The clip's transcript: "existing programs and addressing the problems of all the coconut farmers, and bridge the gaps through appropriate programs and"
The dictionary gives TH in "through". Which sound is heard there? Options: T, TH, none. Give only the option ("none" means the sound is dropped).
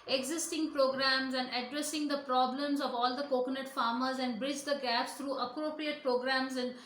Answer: T